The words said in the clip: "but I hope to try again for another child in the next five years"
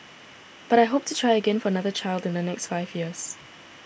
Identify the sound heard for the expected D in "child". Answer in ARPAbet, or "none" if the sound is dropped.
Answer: D